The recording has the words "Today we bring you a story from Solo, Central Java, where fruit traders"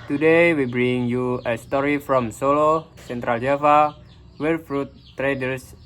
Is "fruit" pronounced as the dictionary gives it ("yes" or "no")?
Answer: yes